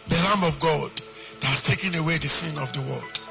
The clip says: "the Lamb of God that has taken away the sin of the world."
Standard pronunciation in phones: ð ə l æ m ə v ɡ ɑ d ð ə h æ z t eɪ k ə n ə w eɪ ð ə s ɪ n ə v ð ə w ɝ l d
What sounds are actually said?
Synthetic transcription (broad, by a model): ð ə l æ m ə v ɡ ɑ d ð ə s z t eɪ k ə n ə w eɪ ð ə s ɪ n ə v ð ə w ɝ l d